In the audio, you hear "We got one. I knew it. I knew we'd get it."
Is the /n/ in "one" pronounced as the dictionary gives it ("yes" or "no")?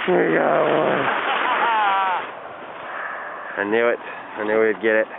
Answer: no